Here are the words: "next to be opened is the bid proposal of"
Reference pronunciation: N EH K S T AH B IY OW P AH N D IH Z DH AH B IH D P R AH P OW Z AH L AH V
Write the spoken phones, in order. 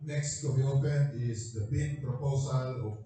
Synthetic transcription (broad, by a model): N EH K S T AH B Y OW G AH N IH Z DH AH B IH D P R AH P OW Z AH L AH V